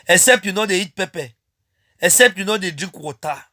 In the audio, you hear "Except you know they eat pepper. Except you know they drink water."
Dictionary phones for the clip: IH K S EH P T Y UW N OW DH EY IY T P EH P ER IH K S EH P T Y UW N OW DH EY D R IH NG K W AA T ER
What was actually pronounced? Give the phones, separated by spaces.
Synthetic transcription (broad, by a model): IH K S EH P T Y UW N OW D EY IY T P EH P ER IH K S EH P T Y UW N OW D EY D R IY K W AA T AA